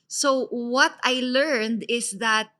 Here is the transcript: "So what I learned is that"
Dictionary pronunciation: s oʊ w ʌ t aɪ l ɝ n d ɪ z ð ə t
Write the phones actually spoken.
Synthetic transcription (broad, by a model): s oʊ w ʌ t aɪ l ɝ n d ɪ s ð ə t